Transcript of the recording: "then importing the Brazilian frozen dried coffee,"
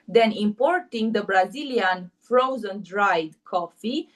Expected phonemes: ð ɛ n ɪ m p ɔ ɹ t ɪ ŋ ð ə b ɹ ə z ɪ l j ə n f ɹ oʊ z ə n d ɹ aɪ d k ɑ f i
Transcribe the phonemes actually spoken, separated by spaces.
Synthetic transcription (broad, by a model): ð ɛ n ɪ m p ɔ ɹ t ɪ ŋ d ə b ɹ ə z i l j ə n f ɹ oʊ z ə n d ɹ aɪ d k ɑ f i